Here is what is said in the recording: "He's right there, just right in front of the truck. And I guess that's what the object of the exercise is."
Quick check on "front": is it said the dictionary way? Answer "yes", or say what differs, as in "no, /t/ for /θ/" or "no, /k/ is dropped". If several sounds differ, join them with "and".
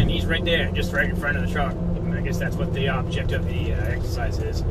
no, /n/ is dropped